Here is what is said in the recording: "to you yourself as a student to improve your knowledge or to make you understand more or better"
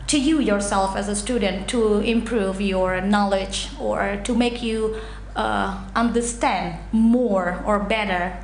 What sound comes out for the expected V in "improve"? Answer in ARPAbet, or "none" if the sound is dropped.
V